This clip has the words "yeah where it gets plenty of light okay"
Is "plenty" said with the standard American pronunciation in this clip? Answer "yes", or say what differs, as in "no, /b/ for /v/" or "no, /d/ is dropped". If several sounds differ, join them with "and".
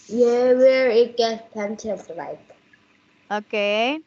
no, /l/ is dropped